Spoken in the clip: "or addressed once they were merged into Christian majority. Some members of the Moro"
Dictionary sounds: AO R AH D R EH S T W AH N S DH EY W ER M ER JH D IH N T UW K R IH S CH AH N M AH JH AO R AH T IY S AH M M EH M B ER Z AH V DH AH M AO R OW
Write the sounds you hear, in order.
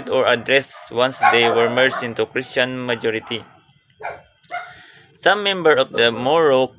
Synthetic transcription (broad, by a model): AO R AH D R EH S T W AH N S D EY W ER M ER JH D IH N T UW K R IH S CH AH N M AH JH AO R AH T IY S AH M M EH M B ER AH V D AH M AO R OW